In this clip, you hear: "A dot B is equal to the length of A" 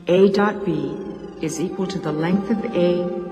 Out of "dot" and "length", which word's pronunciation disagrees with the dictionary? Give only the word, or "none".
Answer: none